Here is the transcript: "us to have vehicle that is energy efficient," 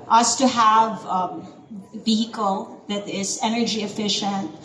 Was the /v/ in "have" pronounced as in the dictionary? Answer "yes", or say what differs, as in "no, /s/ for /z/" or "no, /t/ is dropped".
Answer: yes